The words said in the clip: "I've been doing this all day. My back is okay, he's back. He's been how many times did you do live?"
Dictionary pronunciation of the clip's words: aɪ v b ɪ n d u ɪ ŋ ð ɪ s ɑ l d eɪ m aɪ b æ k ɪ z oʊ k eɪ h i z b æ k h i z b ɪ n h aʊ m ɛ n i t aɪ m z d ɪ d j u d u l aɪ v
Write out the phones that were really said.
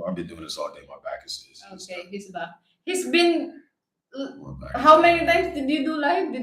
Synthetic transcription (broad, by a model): aɪ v b ɪ n d u ɪ ŋ ð ɪ s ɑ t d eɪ m aɪ b æ k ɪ s oʊ k eɪ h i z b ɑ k h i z b ɪ n h aʊ m ɛ n i t aɪ m s d ɪ d j u d u l aɪ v